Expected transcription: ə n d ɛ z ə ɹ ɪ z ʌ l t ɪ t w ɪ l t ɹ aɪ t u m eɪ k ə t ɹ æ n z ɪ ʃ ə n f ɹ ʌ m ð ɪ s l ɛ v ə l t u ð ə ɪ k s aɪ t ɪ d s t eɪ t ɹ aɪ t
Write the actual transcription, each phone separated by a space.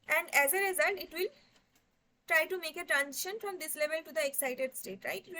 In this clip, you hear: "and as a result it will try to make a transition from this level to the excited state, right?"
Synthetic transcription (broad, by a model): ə n d ɛ z ə ɹ ɪ z ʌ l t ɪ t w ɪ l t ɹ aɪ t u m eɪ k ə t ɹ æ n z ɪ ʃ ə n f ɹ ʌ m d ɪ s l ɛ v ə l t u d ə ɪ k s aɪ t ɪ d s t eɪ t ɹ aɪ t